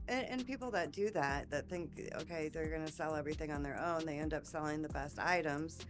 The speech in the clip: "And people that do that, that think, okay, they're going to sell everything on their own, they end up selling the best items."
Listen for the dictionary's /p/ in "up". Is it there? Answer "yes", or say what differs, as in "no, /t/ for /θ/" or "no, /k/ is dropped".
yes